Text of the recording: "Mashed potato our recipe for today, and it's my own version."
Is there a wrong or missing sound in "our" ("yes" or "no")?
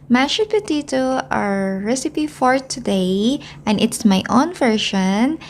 no